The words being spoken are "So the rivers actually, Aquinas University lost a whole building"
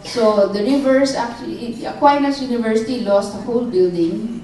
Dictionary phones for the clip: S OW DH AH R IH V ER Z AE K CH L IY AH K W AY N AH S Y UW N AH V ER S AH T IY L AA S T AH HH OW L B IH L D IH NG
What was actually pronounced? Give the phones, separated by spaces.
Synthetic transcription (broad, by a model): S OW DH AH R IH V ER S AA K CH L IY AH K W AY N AH S Y UW N AH V ER S AH T IY L AA S T AH HH OW L B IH L D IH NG